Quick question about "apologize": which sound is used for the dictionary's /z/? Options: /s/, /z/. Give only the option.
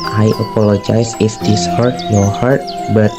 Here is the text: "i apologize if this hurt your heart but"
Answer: /s/